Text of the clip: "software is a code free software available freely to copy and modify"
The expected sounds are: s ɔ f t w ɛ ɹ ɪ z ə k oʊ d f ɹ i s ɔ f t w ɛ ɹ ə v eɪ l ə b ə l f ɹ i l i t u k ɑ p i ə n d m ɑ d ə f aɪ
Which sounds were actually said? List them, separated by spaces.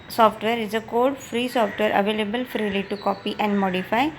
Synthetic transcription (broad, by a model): s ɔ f t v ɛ ɹ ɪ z ə k oʊ d f ɹ i s ɔ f t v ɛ ɹ ə v eɪ l ə b ə l f ɹ i l i t u k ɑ p i ə n d m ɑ d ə f aɪ